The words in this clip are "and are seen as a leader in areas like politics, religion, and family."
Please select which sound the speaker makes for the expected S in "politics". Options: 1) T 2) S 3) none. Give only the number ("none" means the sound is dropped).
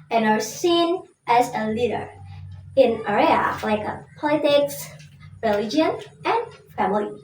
2